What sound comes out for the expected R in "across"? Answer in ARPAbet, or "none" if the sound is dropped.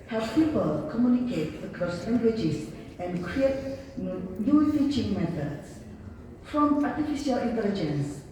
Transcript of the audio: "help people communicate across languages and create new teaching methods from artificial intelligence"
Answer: none